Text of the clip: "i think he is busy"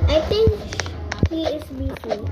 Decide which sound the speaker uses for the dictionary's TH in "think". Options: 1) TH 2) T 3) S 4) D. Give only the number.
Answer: 2